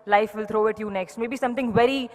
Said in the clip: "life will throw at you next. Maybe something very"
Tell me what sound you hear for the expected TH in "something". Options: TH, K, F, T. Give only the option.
T